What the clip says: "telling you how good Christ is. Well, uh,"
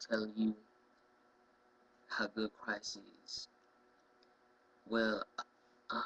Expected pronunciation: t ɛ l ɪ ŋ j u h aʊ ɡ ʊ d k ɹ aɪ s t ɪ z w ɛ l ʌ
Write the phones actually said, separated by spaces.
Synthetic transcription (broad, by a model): t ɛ l j u h aʊ ɡ ʊ d k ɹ aɪ s ɪ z w ɛ l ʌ